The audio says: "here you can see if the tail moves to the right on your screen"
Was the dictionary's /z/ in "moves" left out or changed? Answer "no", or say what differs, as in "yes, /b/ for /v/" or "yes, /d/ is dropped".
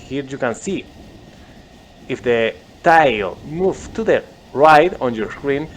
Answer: yes, /z/ is dropped